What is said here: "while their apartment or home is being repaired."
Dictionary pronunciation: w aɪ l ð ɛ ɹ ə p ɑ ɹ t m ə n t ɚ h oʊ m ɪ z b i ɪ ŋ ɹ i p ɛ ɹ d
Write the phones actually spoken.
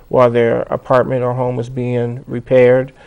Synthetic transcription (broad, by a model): w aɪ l ð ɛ ɹ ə p ɑ ɹ t m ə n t ɚ h oʊ m ɪ z b i ɪ ŋ ɹ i p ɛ ɹ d